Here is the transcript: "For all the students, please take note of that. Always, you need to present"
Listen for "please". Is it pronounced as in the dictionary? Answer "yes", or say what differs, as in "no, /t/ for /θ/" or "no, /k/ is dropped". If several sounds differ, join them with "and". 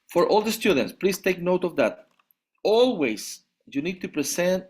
no, /s/ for /z/